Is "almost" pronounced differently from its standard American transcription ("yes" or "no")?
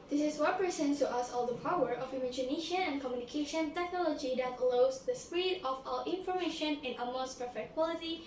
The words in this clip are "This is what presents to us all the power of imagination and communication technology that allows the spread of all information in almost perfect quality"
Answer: yes